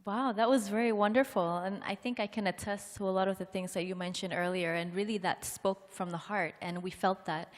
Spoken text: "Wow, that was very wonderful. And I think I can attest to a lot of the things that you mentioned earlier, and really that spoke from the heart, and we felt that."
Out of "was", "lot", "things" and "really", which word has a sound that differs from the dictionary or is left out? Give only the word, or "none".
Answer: none